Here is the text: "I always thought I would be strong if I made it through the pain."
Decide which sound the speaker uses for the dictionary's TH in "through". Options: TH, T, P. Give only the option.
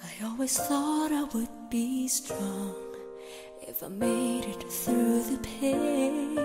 TH